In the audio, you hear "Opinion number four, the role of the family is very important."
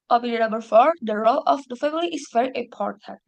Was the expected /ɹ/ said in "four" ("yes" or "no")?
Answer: yes